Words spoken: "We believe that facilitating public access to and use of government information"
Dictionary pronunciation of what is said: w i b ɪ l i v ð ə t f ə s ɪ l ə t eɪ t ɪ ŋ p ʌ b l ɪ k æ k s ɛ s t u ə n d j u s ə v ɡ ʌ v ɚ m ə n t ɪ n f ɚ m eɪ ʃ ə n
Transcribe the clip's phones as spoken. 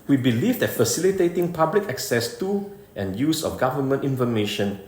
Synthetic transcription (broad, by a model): w i b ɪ l i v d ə t f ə s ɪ l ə t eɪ t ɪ ŋ p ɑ b l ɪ k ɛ k s ɛ s t u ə n j u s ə f ɡ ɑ v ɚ m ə n t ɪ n f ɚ m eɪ ʃ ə n